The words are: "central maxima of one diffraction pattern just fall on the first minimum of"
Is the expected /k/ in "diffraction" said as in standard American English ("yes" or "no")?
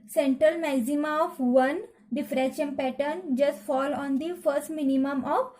no